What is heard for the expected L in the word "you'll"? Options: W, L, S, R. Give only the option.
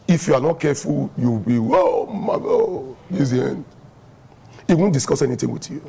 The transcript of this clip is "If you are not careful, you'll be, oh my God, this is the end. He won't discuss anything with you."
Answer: W